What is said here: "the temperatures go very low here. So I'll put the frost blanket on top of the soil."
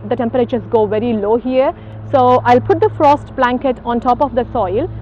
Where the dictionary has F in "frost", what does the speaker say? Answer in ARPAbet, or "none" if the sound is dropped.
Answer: F